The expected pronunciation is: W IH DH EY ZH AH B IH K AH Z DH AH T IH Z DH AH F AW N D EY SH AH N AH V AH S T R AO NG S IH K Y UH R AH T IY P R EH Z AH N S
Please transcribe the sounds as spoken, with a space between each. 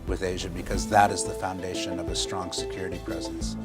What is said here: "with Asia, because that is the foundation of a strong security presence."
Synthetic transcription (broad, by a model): W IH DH EY ZH AH B IH K AH Z DH AH T IH Z DH AH F AW N D EY SH AH N AH V AH S T R AO NG S IH K Y UH R AH T IY P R EH Z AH N S